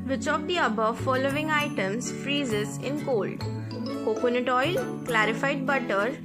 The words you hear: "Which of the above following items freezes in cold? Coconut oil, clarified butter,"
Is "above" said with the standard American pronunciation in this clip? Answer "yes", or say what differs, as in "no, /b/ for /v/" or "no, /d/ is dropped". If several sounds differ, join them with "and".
yes